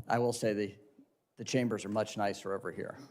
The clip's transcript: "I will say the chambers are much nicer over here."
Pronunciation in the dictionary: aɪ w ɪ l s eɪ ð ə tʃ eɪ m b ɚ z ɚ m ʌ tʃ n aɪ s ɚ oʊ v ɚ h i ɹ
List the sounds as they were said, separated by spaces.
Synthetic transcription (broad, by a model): aɪ w ɪ l s eɪ ð ə tʃ eɪ m b ɚ z ɚ m ʌ tʃ n aɪ s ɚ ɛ v ɚ h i ɹ